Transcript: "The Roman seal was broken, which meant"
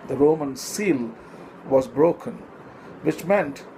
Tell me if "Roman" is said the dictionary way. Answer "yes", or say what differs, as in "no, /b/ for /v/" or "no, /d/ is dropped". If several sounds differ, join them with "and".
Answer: yes